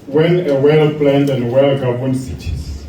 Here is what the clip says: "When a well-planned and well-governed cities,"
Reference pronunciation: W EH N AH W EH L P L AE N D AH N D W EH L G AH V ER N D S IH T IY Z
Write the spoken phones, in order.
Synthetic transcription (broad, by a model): W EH N AH W EH L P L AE N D AH N D W EH L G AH B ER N S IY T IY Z